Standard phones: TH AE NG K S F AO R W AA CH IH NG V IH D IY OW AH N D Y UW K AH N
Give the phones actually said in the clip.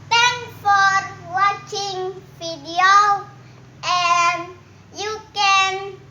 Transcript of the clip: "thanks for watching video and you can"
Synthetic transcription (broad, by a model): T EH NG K F AO R W AA CH IH NG F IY D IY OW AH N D Y UW K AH N